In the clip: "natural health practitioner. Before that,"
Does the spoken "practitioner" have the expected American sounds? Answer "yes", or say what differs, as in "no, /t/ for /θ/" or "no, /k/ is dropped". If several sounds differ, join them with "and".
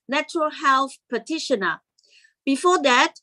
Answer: no, /ɹ/ is dropped and /k/ is dropped